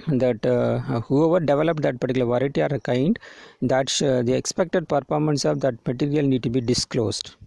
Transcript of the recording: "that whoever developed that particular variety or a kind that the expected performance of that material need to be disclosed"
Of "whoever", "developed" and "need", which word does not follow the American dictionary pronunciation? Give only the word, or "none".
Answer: none